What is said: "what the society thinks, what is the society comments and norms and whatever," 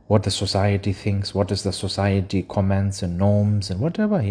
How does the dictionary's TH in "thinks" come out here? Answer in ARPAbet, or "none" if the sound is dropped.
TH